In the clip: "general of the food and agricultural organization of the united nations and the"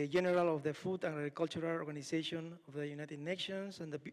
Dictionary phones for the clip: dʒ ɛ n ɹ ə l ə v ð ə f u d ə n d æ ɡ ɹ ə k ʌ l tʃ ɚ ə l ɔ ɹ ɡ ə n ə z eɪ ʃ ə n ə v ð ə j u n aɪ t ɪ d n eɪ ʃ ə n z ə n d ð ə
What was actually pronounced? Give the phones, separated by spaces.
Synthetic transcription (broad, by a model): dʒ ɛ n ɹ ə l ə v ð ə f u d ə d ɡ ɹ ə k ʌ l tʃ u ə l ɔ ɹ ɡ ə n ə s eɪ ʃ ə n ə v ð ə j u n aɪ t ɪ d n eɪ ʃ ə n s ə n d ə